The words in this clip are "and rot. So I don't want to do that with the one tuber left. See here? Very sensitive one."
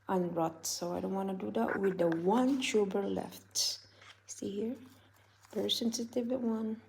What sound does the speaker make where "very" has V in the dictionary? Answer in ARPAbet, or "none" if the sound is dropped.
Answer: P